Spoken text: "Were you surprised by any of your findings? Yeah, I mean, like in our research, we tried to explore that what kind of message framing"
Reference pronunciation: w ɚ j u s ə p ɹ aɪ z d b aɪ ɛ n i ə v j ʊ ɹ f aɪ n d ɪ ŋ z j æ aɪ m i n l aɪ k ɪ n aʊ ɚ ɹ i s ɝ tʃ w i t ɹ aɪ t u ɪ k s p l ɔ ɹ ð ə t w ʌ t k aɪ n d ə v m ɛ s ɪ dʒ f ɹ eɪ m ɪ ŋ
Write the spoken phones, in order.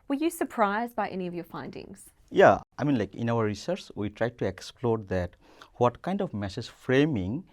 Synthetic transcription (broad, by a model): w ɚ j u s ə p ɹ aɪ z d b aɪ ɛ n i ə v j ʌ ɹ f aɪ n d ɪ ŋ z j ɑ aɪ m i n l aɪ k ɪ n aʊ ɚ ɹ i s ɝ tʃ w i t ɹ aɪ t u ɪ k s p l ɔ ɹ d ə t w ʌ t k aɪ n d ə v m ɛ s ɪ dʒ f ɹ eɪ m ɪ ŋ